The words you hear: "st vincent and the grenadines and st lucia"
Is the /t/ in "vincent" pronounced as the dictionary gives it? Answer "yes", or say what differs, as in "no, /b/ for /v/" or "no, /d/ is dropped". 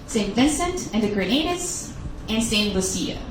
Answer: yes